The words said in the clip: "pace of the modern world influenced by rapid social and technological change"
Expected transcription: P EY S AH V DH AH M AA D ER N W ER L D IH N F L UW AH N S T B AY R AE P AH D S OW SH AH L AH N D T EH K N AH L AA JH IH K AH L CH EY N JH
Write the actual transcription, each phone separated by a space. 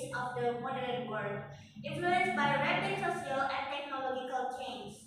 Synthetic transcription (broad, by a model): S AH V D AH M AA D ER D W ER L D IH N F L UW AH N S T B AY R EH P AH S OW S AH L AH N D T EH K N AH L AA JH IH K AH L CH EY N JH